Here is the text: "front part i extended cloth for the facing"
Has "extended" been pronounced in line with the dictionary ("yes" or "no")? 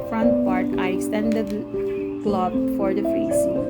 no